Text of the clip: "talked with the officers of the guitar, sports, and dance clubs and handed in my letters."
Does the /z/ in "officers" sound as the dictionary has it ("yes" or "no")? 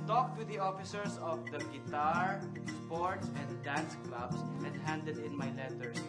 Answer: no